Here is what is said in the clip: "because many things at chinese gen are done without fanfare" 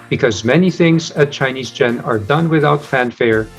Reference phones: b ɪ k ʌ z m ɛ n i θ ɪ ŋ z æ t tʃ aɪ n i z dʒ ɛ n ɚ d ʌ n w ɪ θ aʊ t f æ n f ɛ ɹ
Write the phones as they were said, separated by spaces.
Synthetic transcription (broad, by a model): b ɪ k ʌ z m ɛ n i θ ɪ ŋ z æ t tʃ aɪ n i z dʒ ɛ n ɚ d ʌ n w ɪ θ aʊ t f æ n f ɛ ɹ